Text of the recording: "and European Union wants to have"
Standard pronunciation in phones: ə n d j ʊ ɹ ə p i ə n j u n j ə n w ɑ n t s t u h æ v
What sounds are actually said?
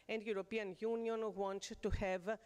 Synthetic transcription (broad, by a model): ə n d j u ɹ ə p i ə n j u n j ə n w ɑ n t t u h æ v